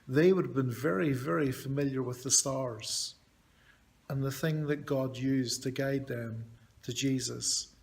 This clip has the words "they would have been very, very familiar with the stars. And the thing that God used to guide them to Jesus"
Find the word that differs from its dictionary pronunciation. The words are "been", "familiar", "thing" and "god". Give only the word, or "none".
none